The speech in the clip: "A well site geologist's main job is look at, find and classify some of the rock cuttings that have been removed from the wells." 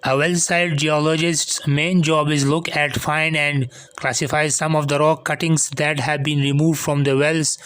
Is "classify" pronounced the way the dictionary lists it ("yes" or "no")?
yes